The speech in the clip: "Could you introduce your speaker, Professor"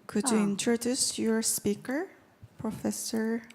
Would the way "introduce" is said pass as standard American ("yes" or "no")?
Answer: yes